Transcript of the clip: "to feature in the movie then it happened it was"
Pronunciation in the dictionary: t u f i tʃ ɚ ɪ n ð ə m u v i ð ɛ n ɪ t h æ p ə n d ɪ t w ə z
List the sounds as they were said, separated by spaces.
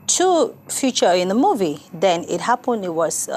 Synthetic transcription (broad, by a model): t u f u tʃ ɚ ɪ n ð ə m u v i ð ɛ n ɪ t h æ p ə n d ɪ t w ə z